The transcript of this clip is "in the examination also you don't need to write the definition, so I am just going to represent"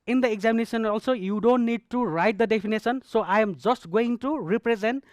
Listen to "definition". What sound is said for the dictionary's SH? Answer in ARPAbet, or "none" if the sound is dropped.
S